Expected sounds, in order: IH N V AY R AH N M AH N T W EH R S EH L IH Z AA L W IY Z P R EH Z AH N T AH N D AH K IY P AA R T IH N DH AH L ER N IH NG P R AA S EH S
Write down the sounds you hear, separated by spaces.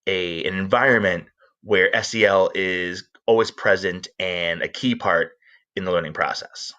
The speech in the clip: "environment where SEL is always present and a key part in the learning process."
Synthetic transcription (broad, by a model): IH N V AY R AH N M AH N T W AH R S EH L IH Z AA L W IY Z P R EH Z AH N T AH N AH K IY P AA R T IH N DH AH L ER N IH NG P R AA S EH S